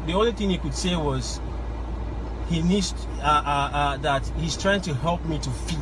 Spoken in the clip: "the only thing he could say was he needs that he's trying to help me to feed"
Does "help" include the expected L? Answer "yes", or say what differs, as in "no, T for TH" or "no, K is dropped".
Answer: yes